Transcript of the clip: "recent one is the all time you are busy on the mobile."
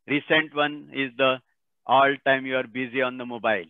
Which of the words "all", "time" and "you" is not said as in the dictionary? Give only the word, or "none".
none